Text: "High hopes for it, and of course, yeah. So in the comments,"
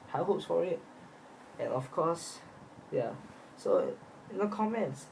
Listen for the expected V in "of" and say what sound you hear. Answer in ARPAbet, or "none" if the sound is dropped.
F